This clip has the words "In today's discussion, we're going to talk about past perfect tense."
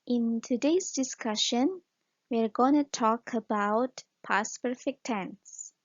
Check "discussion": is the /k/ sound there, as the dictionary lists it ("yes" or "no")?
yes